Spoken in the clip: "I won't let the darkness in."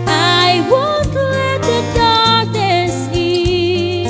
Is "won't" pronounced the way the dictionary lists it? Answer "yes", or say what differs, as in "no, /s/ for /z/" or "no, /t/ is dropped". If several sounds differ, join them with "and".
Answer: no, /l/ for /n/